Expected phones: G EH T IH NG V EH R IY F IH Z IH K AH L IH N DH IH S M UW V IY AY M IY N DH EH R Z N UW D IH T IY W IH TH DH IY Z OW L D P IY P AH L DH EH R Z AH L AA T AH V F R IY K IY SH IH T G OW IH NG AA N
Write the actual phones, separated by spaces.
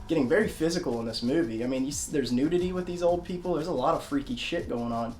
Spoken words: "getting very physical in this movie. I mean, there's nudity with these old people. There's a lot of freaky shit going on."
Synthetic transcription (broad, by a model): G EH T IH NG V EH R IY F IH Z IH K L IH N DH IH S M UW V IY AY M IY N DH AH R Z N UW D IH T IY W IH DH IY Z OW L D P IY P L DH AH R Z AH L AA T AH V F R IY K IY SH IH T G OW IH NG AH N